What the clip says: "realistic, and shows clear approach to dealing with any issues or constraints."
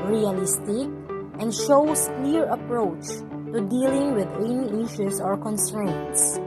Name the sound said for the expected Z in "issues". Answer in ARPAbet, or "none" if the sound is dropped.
S